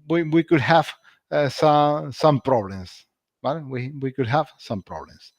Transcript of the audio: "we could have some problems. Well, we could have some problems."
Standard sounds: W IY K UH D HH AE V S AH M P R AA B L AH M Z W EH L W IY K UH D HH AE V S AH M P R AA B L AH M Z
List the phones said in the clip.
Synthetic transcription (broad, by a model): W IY K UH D HH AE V S AH M P R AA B L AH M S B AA W W IY K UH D HH AE V S AH M P R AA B L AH M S